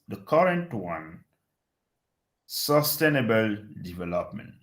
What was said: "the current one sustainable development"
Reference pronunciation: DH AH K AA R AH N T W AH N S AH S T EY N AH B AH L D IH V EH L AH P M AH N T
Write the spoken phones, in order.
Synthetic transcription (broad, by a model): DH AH K AA R AH N T W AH N S AH S T EY N AH B AH L D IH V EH L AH P M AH N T